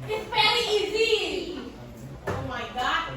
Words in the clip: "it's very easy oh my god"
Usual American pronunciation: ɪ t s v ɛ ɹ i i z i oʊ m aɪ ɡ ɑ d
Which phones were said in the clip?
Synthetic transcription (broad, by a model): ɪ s p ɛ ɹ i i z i oʊ m aɪ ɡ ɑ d